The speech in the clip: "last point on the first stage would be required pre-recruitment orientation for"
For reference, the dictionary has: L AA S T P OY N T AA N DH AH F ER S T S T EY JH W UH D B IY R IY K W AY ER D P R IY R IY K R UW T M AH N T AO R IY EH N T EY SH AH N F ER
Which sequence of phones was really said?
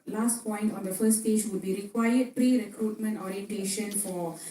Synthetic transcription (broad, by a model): L AA S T P OY N T AA N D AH F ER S S T EY JH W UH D B IY R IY K W AY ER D P R IY R IY K R UW T M AH N T AO R IY EH N T EY SH AH N F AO